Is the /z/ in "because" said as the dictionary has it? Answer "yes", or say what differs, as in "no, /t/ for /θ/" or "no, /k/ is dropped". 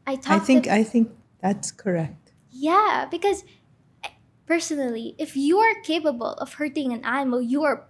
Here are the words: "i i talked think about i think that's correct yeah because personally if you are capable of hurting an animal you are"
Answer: yes